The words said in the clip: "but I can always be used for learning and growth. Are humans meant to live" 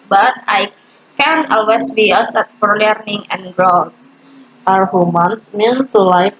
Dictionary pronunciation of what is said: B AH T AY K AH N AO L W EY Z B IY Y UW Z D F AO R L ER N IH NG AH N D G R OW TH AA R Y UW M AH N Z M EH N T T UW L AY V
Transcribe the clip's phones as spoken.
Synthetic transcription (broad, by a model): B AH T AY K AH N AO L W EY S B IY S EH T F AO R L ER N IH NG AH N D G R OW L AA R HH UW M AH N S M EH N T T UW L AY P